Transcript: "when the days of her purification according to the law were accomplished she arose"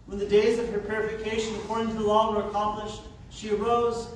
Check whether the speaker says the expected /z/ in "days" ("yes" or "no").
yes